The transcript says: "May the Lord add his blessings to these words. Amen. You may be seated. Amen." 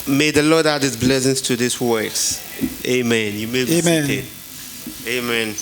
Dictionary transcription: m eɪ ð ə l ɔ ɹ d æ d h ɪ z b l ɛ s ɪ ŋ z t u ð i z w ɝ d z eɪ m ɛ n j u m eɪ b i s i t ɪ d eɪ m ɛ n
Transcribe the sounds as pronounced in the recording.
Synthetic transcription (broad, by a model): m eɪ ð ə l ɔ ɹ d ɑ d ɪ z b l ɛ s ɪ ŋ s t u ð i s w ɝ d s eɪ m ɛ n j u m eɪ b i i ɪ eɪ m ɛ n